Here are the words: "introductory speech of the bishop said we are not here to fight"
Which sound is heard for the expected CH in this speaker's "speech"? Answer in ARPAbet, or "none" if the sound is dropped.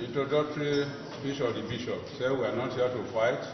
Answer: SH